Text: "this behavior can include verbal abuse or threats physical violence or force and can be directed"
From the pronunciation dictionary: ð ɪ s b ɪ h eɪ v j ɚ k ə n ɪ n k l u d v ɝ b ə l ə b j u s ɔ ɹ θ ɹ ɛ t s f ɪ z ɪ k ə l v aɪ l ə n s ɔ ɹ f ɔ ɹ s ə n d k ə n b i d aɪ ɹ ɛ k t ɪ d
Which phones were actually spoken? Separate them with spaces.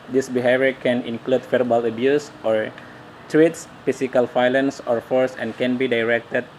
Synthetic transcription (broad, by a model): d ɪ s b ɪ h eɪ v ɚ k ə n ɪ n k l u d f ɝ b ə l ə b j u s ɔ ɹ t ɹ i t s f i s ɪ k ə l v aɪ l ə n s ɔ ɹ f ɔ ɹ s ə n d k ə n b i d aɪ ɹ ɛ k t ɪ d